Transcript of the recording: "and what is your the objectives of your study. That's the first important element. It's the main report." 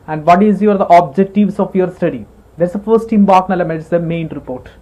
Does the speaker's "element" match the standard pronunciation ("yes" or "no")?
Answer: no